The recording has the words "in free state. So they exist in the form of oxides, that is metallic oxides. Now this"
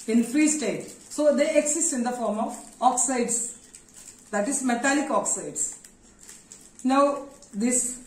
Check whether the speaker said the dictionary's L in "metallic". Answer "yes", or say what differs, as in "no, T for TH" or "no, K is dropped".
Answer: yes